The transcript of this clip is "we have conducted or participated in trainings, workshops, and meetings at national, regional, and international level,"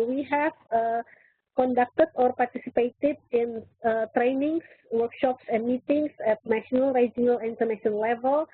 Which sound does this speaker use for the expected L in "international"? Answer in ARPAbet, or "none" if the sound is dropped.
N